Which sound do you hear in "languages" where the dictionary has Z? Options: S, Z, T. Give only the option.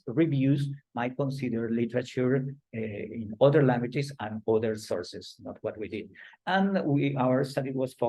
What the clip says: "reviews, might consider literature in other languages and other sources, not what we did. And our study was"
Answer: S